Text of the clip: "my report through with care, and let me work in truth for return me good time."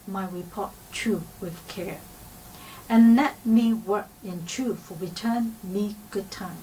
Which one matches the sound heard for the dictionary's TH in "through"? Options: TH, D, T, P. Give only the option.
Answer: T